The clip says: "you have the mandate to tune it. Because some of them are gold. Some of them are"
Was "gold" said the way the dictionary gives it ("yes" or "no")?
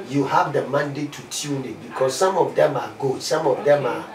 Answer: no